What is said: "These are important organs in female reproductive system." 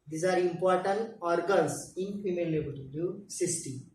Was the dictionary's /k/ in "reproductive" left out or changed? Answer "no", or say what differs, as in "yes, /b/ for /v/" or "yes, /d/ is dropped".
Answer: yes, /k/ is dropped